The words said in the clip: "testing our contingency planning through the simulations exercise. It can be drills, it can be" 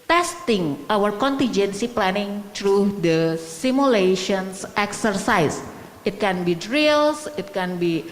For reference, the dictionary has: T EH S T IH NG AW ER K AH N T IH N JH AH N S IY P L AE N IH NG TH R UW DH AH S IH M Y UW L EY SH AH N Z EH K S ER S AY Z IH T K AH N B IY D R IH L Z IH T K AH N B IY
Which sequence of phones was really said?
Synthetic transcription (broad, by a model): T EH S T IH NG AW ER K AH N T IH N JH AH N S IY P L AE N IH NG T R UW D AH S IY M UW L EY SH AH N S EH K S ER S AY S IH T K AH N B IY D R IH L S IH T K AH N B IY